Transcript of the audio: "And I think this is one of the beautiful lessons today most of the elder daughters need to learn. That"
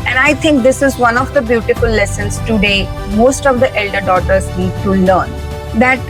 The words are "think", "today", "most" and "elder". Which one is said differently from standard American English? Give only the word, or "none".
think